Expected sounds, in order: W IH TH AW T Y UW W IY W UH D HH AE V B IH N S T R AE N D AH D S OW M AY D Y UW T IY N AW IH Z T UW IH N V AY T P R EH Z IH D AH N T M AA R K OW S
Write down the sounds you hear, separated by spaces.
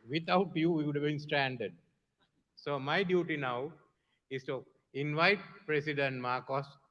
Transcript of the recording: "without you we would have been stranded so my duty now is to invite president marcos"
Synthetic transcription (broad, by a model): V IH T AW T Y UW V IY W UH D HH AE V B IH N S T R AE N D AH D S OW M AY D Y UW T IY N AW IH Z T UW IH N V AY T P R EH S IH D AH N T M AA R K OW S